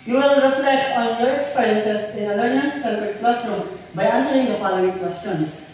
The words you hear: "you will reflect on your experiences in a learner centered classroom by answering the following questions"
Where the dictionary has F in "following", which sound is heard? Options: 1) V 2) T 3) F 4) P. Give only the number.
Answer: 4